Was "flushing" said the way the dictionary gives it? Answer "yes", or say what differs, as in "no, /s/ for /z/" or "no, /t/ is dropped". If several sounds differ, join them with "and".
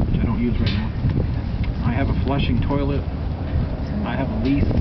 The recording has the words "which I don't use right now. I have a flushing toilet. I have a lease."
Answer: yes